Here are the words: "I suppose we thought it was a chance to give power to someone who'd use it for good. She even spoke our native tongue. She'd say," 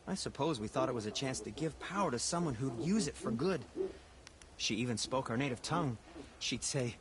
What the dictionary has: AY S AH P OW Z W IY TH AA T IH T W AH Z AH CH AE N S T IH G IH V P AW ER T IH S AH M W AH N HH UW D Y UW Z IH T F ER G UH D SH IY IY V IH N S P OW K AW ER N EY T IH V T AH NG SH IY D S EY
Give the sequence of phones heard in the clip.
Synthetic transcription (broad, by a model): AY S AH P OW Z W IY TH AA T IH T W AH Z AH CH AE N S T IH G IH V P AW ER T IH S AH M W AH N HH UW D Y UW Z IH T F ER G UH D SH IY IY V IH N S P OW K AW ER N EY T IH V T AH NG SH IY D S EY